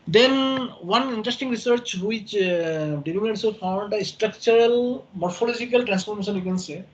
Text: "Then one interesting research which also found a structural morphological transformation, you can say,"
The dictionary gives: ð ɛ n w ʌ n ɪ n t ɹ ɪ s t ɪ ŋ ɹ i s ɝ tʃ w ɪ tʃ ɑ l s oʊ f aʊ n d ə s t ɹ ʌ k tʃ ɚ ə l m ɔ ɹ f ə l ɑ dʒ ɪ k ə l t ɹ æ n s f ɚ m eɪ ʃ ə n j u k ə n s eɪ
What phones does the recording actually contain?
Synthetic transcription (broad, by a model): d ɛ n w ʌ n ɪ n t ɹ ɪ s t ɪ ŋ ɹ i s ɝ tʃ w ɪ tʃ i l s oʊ f aʊ n d ə s t ɹ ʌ k tʃ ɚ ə l m ɔ ɹ f ə l ɑ dʒ ɪ k ə l t ɹ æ n s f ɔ m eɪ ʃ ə n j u k ə n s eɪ